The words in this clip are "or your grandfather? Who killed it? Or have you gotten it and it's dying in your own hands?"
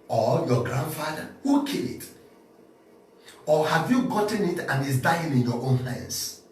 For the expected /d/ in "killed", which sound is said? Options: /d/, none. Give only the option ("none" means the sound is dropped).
none